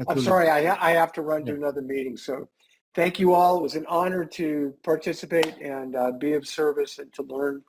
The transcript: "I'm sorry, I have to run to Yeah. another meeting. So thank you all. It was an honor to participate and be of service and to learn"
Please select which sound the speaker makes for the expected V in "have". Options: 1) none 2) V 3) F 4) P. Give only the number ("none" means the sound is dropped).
3